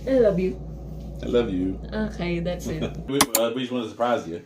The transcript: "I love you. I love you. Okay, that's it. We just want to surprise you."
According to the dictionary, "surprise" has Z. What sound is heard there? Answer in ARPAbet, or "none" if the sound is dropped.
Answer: Z